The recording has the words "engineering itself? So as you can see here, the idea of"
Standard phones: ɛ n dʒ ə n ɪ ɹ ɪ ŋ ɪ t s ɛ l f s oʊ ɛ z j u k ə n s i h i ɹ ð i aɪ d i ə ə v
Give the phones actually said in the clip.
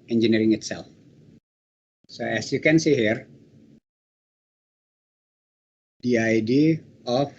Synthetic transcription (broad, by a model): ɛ n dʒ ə n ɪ ɹ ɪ ŋ ɪ t s ɛ l f s oʊ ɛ s j u k ə n s i h i ɹ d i aɪ d i ə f